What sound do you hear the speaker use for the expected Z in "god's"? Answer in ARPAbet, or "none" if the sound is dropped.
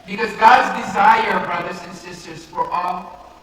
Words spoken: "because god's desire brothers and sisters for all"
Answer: Z